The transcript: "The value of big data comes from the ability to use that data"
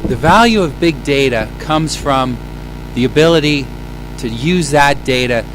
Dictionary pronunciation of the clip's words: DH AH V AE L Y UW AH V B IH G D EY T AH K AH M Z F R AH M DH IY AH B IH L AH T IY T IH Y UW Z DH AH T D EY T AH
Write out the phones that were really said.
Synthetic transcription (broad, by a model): DH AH V AE L Y UW AH V B IH G D EY T AH K AH M Z F R AH M DH IY AH B IH L AH T IY T IH Y UW Z DH AH T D EY T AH